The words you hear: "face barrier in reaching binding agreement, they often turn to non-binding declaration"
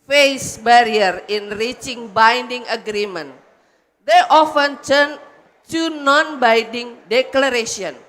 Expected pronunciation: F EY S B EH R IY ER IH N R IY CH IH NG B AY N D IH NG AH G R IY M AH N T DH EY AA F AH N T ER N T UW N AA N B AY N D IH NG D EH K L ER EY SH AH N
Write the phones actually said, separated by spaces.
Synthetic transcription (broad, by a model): F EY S B EH R IY ER IH N R IY CH IH NG B AY N D IH NG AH G R IY M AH N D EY AA F AH N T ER N T UW N AA N B AY N D IH NG D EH K L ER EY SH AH N